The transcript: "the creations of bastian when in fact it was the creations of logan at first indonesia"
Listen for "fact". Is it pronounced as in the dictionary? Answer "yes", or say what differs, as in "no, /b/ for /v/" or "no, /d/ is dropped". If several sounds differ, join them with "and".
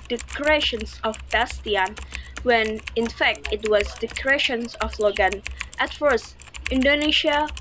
yes